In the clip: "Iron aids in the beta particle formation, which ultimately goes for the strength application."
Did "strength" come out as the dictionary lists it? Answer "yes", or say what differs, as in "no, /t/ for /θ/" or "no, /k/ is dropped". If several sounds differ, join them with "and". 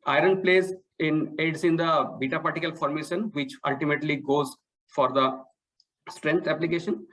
no, /t/ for /θ/